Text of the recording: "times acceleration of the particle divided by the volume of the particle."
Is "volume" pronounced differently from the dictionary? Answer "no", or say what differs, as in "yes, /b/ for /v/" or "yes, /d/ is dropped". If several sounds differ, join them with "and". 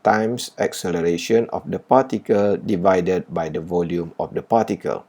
no